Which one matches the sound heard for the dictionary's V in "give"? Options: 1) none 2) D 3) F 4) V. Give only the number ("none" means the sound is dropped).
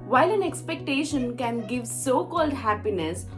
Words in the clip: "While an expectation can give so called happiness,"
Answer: 4